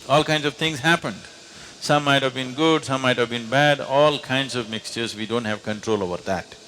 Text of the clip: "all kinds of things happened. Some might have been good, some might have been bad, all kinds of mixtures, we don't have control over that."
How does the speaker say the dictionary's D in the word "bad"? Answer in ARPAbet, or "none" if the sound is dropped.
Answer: D